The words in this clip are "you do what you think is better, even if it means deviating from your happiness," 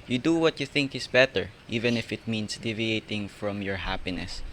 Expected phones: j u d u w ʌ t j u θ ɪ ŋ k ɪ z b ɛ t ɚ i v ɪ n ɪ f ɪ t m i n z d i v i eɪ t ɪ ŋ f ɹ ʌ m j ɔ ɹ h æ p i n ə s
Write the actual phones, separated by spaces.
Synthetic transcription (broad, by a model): j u d u w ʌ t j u θ ɪ ŋ k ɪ s b ɛ t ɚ i v ɪ n ɪ f ɪ t m i n s d i v i eɪ t ɪ ŋ f ɹ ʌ m j ɔ ɹ h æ p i n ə s